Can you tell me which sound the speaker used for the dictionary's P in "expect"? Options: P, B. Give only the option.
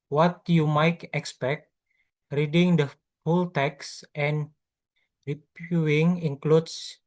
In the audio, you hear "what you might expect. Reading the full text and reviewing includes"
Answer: P